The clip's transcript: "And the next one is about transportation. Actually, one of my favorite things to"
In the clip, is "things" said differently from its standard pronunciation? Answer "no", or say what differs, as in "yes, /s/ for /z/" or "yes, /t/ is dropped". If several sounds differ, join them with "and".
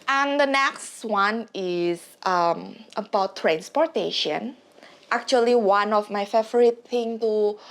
yes, /t/ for /θ/ and /z/ is dropped